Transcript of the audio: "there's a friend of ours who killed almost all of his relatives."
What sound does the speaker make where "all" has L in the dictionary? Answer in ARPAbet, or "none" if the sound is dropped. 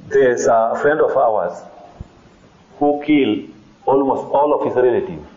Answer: L